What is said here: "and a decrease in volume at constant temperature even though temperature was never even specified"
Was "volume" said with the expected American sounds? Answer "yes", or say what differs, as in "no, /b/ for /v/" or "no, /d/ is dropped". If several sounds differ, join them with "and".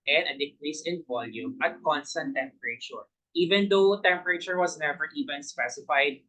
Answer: yes